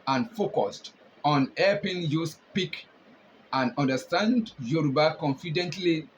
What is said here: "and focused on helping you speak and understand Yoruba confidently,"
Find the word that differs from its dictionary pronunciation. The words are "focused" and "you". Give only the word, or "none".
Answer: none